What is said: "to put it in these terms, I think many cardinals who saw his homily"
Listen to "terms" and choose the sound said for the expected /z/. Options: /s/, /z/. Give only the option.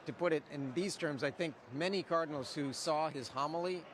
/z/